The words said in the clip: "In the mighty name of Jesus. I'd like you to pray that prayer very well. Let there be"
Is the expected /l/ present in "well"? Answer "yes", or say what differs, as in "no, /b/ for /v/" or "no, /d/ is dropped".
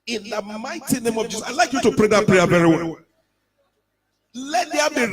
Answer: no, /n/ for /l/